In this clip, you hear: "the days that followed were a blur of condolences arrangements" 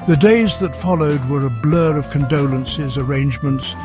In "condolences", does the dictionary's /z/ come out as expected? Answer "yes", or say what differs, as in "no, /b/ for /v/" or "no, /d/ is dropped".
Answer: yes